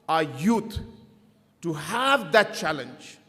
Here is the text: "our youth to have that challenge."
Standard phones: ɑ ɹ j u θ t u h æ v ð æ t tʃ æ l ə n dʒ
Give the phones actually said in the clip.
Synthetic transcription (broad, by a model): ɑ j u t t u h æ v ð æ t tʃ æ l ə n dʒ